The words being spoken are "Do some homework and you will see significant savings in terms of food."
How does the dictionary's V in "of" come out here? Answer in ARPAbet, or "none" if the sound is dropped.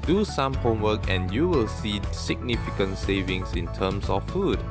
F